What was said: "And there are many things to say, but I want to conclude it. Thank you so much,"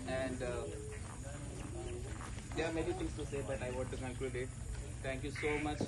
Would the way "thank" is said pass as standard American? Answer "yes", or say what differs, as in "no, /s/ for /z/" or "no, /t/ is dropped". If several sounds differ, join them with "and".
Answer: no, /t/ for /θ/